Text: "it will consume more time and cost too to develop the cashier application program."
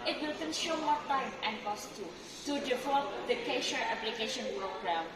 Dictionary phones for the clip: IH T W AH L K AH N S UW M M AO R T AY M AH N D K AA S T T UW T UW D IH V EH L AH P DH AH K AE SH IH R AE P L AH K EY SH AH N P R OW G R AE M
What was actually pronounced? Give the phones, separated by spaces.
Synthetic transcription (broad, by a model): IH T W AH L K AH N SH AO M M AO T AY M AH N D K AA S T T UW T UW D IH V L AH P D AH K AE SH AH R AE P L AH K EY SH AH N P R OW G R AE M